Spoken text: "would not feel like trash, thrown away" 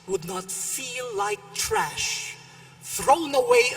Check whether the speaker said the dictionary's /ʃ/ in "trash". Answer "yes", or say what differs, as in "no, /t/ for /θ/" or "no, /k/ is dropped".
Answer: yes